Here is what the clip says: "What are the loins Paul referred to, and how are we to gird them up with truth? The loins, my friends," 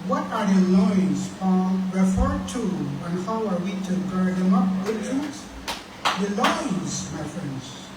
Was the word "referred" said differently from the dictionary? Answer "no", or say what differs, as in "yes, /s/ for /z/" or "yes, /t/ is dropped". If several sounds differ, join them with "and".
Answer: no